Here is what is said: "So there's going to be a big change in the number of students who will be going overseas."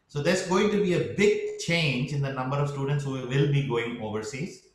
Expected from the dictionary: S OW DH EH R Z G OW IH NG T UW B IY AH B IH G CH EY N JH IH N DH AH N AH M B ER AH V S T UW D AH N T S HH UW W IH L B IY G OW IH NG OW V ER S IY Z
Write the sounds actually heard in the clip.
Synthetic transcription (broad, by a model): S OW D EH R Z G OW IH NG T UW B IY AH B IH G CH EY N JH IH N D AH N AH M B ER AH V S T UW D AH N T S HH UW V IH L B IY G OW IH NG OW V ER S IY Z